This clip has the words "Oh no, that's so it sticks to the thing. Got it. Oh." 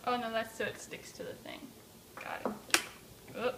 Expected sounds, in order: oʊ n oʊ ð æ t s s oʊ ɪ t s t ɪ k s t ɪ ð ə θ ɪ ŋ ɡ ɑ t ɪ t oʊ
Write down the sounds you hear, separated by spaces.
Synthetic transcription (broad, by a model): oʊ n oʊ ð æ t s s oʊ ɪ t s t ɪ k s t ɪ ð ə θ ɪ ŋ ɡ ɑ ɪ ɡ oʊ